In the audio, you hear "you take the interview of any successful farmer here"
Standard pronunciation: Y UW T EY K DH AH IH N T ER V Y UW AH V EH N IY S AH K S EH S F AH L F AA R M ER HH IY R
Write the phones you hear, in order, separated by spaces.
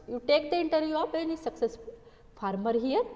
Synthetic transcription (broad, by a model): Y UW T EY K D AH IH N T ER V Y UW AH P EH N IY S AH K S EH S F F AA R M ER HH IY R